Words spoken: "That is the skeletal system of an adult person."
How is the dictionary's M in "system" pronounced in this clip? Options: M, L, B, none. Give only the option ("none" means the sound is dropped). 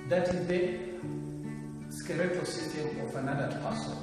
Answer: none